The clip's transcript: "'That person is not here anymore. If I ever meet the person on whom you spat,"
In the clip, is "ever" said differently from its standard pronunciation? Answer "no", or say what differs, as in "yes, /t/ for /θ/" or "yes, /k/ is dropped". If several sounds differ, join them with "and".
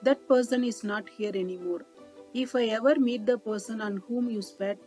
no